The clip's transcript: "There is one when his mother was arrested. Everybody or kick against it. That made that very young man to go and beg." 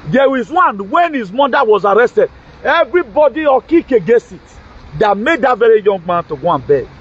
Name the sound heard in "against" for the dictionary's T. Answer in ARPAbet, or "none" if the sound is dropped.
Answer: none